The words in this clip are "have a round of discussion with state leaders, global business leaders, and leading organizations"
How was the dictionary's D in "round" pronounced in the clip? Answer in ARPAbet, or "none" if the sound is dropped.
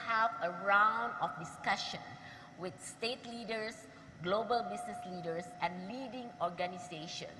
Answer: D